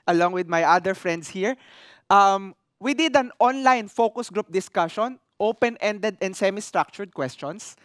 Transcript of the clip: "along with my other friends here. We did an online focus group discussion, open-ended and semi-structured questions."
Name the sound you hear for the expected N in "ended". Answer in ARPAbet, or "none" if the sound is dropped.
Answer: N